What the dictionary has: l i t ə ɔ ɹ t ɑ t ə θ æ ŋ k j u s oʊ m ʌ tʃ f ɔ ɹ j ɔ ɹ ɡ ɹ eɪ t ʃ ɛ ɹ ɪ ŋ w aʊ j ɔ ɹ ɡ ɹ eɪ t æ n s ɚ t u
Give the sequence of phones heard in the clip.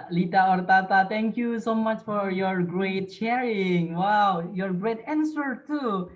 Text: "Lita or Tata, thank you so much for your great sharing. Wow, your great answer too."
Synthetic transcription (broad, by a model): l i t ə ɔ ɹ t ɑ t ə t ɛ ŋ k j u s oʊ m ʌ tʃ f ɔ ɹ j ɔ ɹ ɡ ɹ eɪ t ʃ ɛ ɹ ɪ ŋ w aʊ j ɔ ɹ ɡ ɹ eɪ t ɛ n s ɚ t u